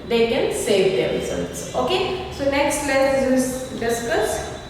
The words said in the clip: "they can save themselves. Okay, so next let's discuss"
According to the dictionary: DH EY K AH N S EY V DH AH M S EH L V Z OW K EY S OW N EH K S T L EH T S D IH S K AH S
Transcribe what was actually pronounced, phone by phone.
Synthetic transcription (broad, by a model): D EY K AH N S EY V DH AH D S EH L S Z OW K EY S OW N EH K S T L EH S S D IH S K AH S